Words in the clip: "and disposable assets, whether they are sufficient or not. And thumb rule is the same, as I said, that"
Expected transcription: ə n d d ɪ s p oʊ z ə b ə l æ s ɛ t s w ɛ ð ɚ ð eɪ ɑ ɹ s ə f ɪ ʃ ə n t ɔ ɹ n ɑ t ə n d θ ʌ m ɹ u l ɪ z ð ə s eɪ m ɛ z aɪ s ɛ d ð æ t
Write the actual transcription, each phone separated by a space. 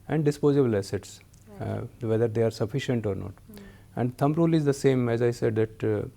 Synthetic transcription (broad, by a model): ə n d d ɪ s p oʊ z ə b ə l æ s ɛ t s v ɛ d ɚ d eɪ ɑ ɹ s ə f ɪ ʃ ə n t ɔ ɹ n ɑ t ə n d t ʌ m ɹ u l ɪ z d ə s eɪ m ɛ z aɪ s ɛ d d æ t